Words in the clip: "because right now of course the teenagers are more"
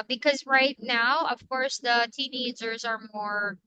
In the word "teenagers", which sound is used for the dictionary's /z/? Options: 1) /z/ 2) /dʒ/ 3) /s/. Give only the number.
1